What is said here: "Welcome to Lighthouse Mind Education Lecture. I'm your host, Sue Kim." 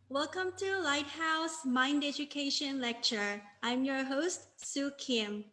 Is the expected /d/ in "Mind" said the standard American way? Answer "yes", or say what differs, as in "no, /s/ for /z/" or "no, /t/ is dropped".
yes